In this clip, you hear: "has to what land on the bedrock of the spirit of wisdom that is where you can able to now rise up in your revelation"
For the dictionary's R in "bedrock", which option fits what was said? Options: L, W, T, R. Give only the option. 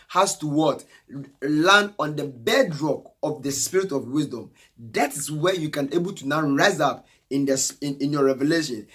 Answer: R